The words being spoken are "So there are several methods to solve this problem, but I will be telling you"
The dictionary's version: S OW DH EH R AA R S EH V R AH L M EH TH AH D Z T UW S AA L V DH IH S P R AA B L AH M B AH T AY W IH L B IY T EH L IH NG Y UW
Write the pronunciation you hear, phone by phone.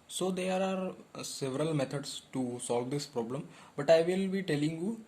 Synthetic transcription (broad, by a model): S OW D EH R AA R S EH V R AH L M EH T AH D S T UW S AA L V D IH S P R AA B L AH M B AH T AY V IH L B IY T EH L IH NG Y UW